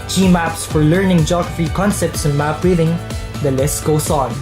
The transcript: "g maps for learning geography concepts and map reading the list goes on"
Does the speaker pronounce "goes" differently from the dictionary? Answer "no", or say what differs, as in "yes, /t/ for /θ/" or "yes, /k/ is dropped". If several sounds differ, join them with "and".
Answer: yes, /s/ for /z/